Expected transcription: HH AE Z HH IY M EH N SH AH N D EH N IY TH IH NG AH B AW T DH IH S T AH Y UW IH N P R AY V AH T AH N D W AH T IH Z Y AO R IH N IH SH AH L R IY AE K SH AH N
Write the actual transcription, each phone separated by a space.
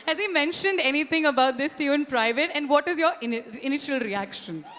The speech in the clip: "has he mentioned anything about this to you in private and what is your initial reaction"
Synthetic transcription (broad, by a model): HH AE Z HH IY M EH N SH AH N D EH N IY T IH NG AH B AW T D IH S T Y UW IH N P R AY V AH T AH N D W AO T IH Z Y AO R IH N IH SH AH L R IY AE K SH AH N